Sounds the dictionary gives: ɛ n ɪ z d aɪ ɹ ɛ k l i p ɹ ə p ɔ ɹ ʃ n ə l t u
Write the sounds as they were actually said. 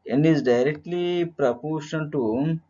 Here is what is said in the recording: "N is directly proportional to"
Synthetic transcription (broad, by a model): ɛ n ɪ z d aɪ ɹ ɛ k l i p ɹ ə p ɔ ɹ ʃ ə n t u